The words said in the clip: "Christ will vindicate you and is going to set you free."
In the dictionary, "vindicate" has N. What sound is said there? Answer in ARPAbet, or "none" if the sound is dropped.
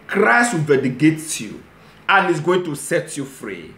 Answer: none